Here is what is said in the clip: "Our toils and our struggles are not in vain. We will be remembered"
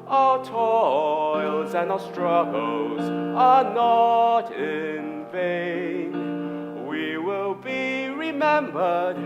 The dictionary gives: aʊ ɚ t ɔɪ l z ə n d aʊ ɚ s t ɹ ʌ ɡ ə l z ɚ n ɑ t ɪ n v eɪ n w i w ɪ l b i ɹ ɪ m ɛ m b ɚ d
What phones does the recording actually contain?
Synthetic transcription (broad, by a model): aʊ ɚ t ɔɪ l z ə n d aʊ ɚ s t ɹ ʌ ɡ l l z ɚ n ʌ t ɪ n v eɪ n w i w ɪ l b i ɹ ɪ m ɛ m b ɚ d